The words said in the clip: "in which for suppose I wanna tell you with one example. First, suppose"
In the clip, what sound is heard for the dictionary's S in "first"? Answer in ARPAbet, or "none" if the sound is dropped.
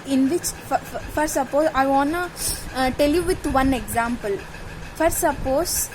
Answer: none